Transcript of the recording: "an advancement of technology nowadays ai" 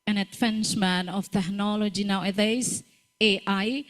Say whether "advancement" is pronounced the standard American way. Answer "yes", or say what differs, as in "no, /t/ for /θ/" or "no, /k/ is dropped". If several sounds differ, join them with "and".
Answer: no, /t/ is dropped